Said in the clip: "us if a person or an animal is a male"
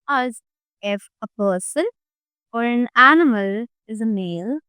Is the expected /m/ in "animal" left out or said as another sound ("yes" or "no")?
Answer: no